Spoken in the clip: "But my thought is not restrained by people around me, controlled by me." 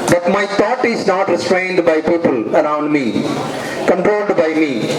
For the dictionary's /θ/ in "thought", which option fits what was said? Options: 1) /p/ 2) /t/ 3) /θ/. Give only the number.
2